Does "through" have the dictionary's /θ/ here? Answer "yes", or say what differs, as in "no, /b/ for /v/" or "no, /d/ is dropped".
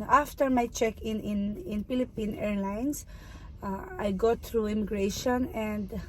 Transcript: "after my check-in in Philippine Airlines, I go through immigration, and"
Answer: no, /t/ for /θ/